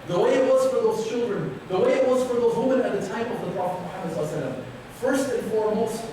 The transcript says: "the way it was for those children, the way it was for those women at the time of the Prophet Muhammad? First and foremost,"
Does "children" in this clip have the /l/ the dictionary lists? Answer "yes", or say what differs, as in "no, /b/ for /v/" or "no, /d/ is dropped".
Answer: yes